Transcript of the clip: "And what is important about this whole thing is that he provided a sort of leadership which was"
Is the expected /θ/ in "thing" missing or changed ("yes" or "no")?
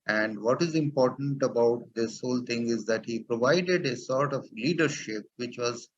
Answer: yes